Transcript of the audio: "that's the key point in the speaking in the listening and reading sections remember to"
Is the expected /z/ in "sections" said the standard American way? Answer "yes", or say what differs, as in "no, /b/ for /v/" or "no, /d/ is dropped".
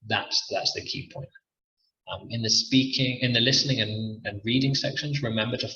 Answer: yes